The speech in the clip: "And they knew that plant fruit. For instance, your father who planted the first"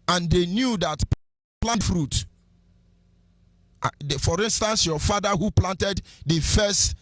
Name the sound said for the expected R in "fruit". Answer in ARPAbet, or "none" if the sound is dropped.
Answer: R